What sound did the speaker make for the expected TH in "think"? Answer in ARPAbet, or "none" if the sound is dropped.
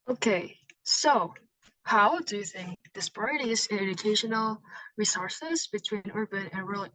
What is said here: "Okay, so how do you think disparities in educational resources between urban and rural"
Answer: TH